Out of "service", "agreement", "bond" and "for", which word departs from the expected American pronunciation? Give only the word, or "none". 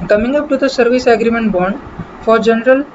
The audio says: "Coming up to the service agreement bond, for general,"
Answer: none